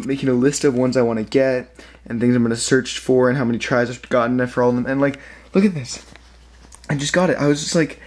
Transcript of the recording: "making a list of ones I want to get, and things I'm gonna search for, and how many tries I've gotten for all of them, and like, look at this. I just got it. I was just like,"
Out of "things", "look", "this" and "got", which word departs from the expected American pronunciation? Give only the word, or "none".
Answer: none